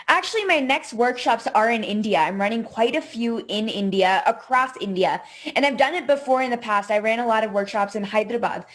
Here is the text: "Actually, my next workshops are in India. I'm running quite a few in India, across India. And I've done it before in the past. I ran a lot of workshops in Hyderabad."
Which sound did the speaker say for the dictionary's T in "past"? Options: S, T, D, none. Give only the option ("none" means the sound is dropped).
T